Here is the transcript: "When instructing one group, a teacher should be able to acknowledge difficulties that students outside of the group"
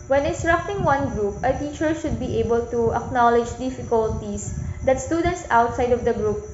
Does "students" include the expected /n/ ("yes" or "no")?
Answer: yes